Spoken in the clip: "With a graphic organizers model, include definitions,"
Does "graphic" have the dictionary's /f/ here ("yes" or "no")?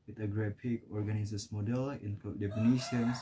no